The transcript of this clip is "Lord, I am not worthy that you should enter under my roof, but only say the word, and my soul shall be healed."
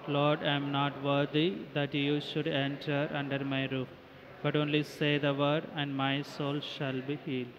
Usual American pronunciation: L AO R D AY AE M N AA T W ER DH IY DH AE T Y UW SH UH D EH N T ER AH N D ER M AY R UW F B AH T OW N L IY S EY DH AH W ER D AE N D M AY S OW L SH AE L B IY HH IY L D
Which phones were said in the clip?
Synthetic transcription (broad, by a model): L AO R D AY M N AA T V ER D IY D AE T Y UW SH UH D EH N T ER AH N D ER M AY R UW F B AH T OW N L IY S EY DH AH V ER D AE N D M AY S OW L SH AE L B IY HH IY L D